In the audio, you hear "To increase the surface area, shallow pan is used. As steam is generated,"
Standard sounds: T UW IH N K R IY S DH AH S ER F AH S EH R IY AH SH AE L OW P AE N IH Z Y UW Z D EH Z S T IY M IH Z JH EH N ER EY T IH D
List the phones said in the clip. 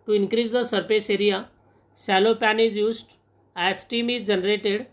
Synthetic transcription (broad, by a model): T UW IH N K R IY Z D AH S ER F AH S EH R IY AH S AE L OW P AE N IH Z Y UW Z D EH S T IY M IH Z JH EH N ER EY T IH D